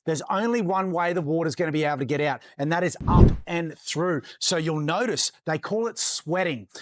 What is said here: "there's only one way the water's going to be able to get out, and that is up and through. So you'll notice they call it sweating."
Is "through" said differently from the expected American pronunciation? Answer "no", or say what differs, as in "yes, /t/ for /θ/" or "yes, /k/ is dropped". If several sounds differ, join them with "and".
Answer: no